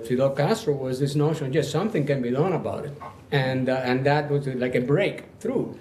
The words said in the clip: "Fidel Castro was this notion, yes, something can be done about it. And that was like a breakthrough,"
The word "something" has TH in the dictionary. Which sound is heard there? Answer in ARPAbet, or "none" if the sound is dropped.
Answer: TH